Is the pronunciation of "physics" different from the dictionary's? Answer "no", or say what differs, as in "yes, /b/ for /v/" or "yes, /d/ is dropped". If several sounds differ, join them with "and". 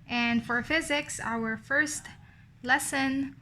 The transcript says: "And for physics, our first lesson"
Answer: no